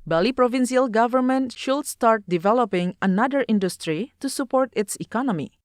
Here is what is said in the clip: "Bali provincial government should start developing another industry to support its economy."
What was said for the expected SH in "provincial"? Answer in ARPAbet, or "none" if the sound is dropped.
S